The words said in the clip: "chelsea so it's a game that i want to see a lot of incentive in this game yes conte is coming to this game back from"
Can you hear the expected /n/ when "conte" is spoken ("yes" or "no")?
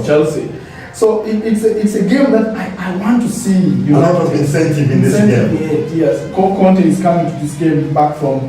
yes